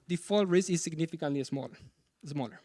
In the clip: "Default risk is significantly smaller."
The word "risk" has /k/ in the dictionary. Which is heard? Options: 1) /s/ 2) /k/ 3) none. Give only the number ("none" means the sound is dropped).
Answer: 3